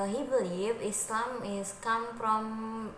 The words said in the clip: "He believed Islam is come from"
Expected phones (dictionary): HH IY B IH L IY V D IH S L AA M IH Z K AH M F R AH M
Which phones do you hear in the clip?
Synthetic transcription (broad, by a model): HH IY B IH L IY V IH S L AA M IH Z K AH M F R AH M